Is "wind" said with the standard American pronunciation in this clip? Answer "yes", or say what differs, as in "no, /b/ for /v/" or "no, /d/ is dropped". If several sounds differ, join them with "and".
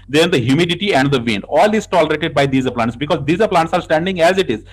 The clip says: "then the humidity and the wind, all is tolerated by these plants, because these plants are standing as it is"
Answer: no, /d/ is dropped